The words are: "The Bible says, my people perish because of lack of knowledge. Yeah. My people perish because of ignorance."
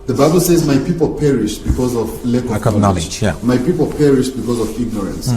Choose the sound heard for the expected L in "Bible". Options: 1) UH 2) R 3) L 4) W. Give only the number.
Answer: 3